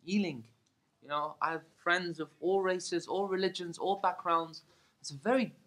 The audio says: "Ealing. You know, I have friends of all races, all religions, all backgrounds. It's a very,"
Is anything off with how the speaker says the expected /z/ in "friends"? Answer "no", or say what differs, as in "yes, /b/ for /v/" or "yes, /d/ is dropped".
no